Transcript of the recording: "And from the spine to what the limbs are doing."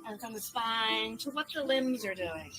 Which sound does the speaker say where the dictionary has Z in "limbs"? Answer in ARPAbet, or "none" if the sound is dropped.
Z